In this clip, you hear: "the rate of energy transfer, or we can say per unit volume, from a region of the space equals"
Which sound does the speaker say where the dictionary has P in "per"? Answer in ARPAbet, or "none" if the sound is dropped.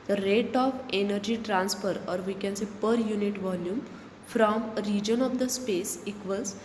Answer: P